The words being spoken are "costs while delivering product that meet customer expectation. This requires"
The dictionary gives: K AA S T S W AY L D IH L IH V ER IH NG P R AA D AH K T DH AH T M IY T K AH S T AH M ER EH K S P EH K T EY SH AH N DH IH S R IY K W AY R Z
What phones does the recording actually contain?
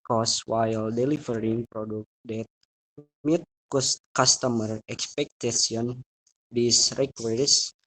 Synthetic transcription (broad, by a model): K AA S S W AY L D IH L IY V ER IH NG P R AA D AH K T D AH T M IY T K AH S T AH M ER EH K S P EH K T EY S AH N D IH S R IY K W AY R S